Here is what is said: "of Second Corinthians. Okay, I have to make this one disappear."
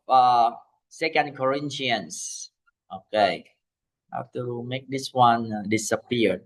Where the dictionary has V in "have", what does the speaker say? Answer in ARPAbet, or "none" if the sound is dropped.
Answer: F